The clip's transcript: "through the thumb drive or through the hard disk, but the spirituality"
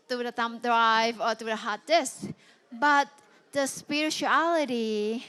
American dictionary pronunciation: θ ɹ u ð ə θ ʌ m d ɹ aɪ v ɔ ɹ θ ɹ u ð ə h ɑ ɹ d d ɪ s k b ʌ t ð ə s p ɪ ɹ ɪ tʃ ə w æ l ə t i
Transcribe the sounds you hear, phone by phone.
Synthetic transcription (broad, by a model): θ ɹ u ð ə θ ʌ m d ɹ aɪ v ɔ ɹ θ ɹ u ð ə h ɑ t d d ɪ s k b ʌ t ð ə s p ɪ ɹ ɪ tʃ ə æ l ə t i